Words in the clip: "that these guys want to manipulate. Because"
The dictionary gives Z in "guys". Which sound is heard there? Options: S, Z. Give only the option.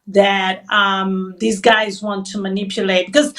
Z